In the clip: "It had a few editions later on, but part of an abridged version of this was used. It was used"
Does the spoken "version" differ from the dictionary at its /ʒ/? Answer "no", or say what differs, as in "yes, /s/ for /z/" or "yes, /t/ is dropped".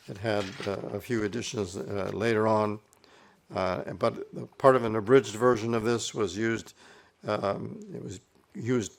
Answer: no